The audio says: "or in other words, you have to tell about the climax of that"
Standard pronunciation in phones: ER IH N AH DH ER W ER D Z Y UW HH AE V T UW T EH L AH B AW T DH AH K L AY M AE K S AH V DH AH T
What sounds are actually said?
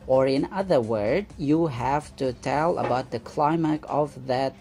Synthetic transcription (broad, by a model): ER IH N AH DH ER W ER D Y UW HH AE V T UW T EH L AH B AW T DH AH K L AY M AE K AH V DH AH T